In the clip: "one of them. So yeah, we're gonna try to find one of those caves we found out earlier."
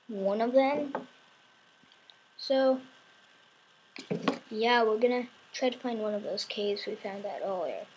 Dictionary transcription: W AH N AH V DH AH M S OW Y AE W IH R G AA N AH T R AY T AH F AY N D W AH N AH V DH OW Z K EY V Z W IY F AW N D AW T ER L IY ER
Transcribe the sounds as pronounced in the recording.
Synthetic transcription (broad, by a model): W AH N AH V DH AH M S OW Y AE W IH R G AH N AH T R AY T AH F AY N D W AH N AH V DH OW Z K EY Z W IY F AW N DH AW T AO L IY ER